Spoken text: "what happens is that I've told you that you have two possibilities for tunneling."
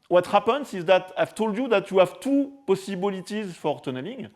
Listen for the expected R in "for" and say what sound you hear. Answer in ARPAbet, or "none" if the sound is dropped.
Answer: R